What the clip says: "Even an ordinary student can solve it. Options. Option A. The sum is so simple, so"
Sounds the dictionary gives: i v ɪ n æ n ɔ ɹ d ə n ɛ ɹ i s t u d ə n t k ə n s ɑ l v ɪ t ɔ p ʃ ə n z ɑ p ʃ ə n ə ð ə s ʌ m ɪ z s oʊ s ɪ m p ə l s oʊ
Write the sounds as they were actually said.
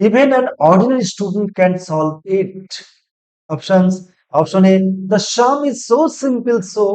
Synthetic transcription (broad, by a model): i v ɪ n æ n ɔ ɹ d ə n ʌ ɹ i s t u d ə n t k ə n s ɑ l v ɪ t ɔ p ʃ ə n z ɑ p ʃ ə n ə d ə ʃ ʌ m ɪ z s oʊ s ɪ m p ə l s oʊ